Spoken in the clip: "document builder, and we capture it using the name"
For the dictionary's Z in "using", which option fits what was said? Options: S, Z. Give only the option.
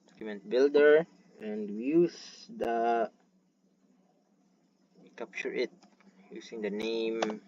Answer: S